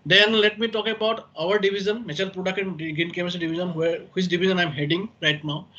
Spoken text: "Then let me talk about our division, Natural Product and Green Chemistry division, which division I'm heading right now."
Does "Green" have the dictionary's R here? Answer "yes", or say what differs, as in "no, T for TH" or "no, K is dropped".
no, R is dropped